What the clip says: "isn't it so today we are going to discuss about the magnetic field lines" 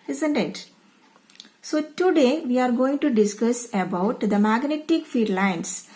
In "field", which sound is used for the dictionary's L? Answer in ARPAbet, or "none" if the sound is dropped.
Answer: none